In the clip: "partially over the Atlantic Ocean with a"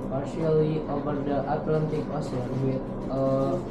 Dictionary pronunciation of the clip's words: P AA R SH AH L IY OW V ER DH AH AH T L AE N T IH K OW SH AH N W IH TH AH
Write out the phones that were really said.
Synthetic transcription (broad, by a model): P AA R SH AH L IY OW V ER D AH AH T L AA N T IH K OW S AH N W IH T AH